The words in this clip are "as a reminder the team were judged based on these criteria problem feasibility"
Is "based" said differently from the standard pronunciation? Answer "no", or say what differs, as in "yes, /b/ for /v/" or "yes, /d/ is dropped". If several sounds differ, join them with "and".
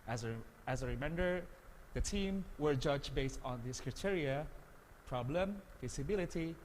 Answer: no